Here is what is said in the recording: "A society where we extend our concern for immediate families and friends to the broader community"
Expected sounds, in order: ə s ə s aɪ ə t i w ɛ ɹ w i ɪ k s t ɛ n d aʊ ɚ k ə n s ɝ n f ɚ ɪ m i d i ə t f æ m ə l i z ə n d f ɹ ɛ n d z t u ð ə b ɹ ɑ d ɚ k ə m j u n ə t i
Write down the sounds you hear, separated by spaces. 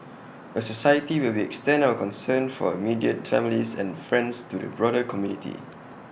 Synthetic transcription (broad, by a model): ə s ə s aɪ ə t i w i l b i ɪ k s t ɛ n aʊ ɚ k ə n s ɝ n f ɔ ɪ m i d i ə t f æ m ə l i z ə n f ɹ ɛ n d s t u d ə b ɹ ɑ d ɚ k ə m j u n ə t i